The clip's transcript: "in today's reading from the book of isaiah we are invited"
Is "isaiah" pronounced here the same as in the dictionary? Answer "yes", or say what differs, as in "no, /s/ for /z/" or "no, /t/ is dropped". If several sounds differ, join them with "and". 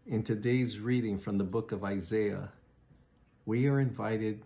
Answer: yes